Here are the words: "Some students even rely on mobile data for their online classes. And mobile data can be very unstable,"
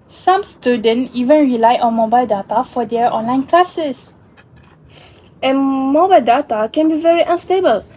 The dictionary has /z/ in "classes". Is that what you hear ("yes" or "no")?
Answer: no